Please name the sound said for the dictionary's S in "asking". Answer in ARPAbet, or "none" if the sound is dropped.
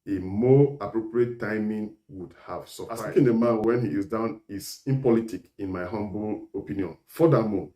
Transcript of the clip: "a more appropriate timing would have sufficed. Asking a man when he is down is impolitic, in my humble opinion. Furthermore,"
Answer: none